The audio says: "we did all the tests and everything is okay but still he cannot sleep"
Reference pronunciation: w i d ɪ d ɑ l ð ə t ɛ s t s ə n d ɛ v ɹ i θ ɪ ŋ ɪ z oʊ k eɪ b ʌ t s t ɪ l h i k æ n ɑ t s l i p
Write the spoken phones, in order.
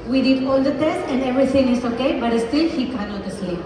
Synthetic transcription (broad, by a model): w i d ɪ d ɑ l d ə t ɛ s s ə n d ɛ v ɹ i t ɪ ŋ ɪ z oʊ k eɪ b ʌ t s t ɪ l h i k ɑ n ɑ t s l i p